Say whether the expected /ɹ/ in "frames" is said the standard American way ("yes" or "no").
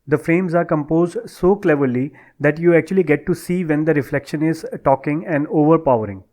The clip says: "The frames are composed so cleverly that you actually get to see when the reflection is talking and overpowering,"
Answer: yes